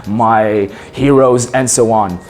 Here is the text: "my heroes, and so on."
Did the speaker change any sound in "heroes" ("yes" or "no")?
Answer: no